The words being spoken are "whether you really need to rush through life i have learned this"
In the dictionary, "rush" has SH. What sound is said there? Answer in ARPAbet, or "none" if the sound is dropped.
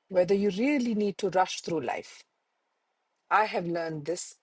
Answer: SH